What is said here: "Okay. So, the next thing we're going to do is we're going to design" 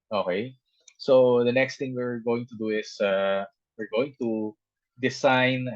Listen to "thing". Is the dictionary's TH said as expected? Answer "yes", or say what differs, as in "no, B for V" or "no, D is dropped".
no, T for TH